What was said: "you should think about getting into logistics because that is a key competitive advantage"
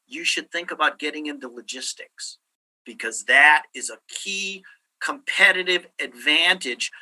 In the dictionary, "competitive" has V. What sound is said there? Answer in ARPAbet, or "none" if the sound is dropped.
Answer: V